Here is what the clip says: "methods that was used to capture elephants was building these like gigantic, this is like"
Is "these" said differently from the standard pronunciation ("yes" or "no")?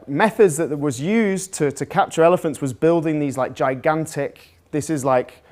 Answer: no